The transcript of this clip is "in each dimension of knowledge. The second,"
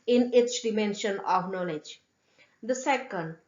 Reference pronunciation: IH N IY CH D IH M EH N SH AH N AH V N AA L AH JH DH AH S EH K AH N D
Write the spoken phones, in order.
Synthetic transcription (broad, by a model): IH N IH S D IH M EH N SH AH N AH V N AA L AH JH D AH S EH K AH N D